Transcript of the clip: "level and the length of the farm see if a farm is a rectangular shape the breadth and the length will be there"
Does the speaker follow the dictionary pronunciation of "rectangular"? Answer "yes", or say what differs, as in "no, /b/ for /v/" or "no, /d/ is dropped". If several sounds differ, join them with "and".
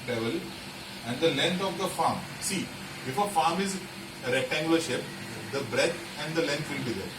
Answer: no, /k/ is dropped